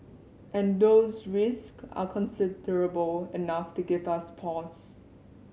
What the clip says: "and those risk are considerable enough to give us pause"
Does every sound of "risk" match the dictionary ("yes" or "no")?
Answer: yes